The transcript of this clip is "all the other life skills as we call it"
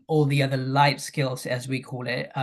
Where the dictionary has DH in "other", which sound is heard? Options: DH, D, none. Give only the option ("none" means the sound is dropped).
DH